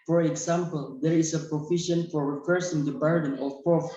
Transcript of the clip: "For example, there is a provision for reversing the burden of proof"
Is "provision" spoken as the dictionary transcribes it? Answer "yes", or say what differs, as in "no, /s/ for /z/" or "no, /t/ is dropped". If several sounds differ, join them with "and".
no, /f/ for /v/ and /ʃ/ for /ʒ/